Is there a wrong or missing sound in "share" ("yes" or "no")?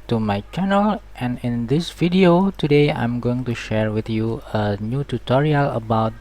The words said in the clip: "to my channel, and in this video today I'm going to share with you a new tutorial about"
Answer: no